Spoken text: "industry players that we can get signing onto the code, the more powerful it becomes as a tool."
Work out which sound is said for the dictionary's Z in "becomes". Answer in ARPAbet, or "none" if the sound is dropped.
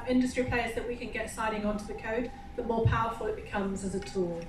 Z